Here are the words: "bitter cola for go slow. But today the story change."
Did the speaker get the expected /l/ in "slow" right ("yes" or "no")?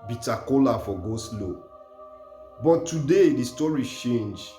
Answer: yes